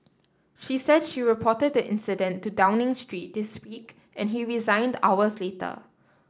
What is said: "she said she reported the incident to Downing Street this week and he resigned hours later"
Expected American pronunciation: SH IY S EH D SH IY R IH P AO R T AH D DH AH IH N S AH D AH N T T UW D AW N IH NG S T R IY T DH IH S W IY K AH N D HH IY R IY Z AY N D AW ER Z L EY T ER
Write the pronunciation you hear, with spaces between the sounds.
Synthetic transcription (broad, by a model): SH IY S EH D SH IY R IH P AO T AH D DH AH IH N S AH D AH N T T UW D AW N IH NG S T R IY T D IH S W IY K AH N HH IY R IY Z AY N D AW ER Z L EY T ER